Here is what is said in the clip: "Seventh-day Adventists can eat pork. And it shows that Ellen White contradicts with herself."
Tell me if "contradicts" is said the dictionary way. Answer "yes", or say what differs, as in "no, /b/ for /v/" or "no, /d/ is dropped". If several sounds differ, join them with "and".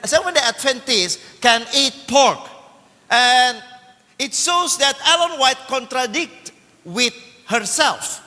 no, /s/ is dropped